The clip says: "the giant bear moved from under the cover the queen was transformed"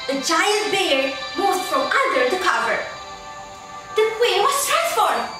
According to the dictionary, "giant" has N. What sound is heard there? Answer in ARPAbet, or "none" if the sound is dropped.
L